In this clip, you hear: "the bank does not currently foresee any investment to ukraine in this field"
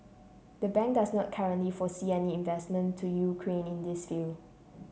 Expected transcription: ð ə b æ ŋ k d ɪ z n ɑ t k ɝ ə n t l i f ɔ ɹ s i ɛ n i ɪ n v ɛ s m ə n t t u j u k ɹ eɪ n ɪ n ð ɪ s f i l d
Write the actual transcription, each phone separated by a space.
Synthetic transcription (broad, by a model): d ə b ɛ ŋ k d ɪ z n ɑ t k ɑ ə n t l i f ɔ s i ɛ n i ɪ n v ɛ s m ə n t t u j u k ɹ eɪ n ɪ n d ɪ s f i l